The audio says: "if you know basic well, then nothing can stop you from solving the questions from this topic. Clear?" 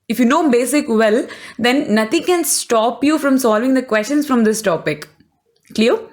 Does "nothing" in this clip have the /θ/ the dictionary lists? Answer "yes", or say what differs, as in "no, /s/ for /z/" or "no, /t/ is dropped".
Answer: no, /t/ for /θ/